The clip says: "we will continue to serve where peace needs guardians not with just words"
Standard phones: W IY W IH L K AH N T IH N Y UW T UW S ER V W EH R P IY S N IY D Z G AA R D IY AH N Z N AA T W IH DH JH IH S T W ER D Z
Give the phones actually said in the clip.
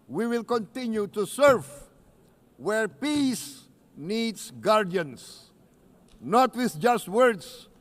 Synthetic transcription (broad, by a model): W IY W IH L K AH N T IH N Y UW T UW S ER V W EH R P IY S N IY D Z G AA R D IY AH N S N AA T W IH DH JH IH S T W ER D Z